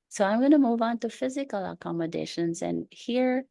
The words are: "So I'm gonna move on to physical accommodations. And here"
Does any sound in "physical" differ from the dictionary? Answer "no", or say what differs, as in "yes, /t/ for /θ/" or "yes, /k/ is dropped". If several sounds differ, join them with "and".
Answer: no